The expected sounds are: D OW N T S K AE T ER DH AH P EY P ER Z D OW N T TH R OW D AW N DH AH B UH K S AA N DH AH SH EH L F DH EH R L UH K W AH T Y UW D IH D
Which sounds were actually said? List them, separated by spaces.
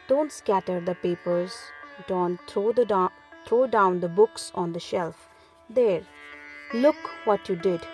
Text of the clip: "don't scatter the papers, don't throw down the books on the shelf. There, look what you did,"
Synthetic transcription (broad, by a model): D OW N T S K AE T ER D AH P EY P ER Z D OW N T T R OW D AW N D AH B UH K S AA N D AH SH EH L F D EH R L UH K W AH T Y UW D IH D